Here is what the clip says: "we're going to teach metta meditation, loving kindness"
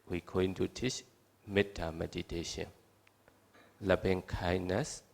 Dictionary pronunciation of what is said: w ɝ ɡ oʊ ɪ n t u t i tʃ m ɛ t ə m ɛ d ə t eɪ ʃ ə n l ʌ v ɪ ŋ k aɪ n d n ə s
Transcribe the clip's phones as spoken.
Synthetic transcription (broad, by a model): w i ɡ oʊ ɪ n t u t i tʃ m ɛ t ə m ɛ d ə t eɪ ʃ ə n l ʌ b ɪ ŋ k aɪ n n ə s